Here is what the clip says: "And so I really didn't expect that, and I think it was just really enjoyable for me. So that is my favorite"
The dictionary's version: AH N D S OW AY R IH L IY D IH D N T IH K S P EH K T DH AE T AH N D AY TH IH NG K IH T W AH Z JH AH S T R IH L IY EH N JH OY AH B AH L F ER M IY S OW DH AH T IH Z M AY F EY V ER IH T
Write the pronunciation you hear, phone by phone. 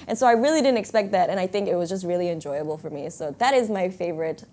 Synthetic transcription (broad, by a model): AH N S OW AY R IH L IY D IH D N T IH K S P EH K T DH AE T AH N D AY TH IH NG K IH T W AH Z JH AH S T R IH L IY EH N JH OY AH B L F ER M IY S OW DH AH T IH Z M AY F EY V ER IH T